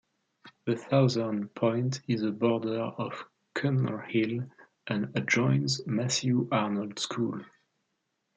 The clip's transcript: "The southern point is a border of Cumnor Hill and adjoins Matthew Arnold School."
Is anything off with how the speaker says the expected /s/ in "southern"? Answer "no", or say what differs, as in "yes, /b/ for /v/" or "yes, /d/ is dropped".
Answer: yes, /θ/ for /s/